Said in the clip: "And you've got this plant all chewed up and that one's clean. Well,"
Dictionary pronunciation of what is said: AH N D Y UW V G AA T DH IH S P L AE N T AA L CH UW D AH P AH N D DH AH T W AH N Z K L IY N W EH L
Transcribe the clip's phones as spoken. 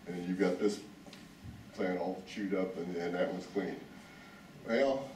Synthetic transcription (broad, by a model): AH N Y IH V G AA T DH IH S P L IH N AA L CH UW D AH P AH N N DH AH T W AH Z K L IY N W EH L